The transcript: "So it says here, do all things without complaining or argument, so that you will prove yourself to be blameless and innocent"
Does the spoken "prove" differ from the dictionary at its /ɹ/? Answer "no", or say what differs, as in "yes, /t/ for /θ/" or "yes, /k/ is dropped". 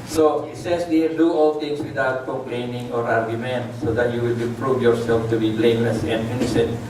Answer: no